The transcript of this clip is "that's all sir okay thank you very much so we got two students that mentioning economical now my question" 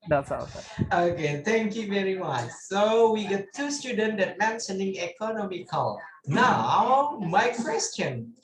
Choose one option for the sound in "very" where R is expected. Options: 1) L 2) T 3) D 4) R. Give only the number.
4